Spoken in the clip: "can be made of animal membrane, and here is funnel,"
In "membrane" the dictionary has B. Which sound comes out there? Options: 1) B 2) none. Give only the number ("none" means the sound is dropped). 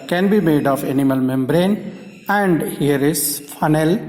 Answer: 1